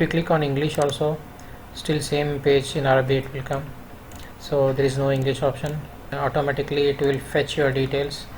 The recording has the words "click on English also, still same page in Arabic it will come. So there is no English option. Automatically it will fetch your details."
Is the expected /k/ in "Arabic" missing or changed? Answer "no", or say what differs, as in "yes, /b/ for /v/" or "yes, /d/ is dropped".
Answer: yes, /k/ is dropped